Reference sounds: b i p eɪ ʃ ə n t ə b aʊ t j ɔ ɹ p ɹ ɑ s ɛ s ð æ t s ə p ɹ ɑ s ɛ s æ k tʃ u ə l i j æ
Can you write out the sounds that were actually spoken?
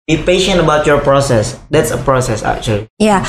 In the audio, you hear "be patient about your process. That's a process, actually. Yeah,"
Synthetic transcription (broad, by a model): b i p eɪ ʃ ə n t ə b aʊ t j ɔ ɹ p ɹ ɑ s ɛ s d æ t s ə p ɹ ɑ s ɛ s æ k tʃ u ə l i j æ